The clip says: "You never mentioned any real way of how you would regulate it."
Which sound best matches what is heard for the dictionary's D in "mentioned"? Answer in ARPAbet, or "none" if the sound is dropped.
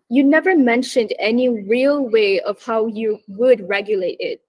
D